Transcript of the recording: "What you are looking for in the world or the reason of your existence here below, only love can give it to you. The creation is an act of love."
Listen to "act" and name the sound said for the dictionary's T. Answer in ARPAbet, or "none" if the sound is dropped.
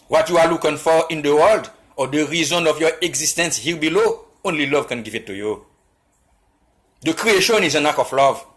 none